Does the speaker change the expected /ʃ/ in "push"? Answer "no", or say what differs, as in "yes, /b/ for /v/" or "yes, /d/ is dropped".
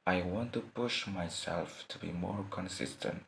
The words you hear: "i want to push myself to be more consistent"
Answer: no